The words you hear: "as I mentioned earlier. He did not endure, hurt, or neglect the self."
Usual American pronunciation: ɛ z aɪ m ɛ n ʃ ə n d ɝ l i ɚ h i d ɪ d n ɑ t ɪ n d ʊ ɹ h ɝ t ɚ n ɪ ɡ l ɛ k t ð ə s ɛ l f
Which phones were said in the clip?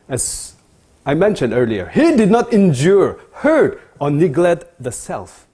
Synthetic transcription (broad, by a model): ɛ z aɪ m ɛ n ʃ ə n d ɝ l i ɚ h i d ɪ d n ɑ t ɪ n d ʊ ɹ h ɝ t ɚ n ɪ ɡ l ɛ t ð ə s ɛ l f